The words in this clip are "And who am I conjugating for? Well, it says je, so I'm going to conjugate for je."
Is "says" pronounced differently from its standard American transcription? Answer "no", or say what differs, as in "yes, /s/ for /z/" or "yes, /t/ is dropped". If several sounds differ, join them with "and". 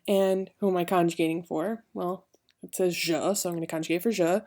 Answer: no